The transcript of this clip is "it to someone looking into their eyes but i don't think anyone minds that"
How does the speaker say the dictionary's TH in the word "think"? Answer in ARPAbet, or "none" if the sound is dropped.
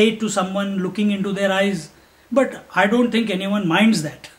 T